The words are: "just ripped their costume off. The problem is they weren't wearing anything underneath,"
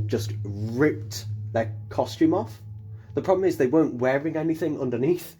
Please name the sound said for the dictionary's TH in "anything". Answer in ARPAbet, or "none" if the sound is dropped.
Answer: TH